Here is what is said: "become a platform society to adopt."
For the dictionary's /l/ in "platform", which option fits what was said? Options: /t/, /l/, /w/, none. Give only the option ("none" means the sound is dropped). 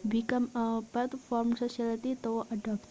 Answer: none